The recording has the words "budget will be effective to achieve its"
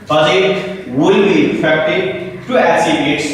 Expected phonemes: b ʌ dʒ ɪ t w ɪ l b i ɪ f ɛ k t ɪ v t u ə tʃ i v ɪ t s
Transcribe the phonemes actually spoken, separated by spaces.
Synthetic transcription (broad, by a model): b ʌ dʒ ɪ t w ɪ l b i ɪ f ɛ k t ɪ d t u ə s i b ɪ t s